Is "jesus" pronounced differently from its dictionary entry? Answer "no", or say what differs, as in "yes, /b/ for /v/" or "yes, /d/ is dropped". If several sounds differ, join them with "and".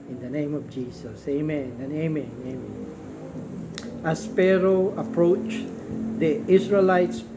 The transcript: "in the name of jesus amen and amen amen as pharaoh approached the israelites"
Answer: yes, /s/ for /z/